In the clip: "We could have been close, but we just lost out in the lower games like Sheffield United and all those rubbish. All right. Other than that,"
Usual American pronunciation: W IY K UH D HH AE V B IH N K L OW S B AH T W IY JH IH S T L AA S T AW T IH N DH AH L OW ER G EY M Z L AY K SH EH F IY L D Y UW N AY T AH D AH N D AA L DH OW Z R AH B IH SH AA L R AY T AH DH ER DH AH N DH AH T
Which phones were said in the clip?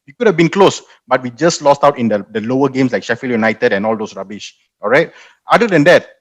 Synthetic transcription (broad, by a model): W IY K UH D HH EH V B IH N K L OW S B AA T W IY JH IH S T L AA S T AW T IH N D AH L OW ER G EY M S L AY K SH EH F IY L Y UW N AY T AH D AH N AA L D OW S R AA B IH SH AA L R AY T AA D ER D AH N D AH T